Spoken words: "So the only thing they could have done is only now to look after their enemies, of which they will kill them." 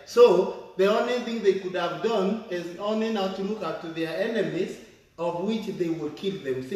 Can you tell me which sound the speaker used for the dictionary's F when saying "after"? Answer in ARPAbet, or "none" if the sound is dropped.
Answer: P